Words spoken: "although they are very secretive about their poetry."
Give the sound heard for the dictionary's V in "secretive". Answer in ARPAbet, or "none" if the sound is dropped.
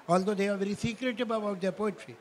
B